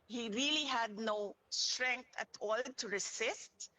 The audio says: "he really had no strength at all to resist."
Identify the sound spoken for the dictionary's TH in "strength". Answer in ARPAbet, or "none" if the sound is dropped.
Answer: T